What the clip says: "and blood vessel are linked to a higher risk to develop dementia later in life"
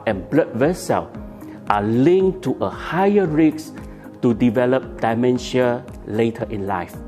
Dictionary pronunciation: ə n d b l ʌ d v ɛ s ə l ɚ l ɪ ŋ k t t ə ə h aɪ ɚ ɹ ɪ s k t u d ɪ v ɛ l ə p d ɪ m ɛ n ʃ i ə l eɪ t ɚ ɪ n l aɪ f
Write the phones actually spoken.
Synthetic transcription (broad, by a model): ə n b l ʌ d v ɛ s ə l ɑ l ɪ ŋ t t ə ə h aɪ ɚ ɹ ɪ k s t u d ɪ v ɛ l ə p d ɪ m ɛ n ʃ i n l eɪ t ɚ ɪ n l aɪ f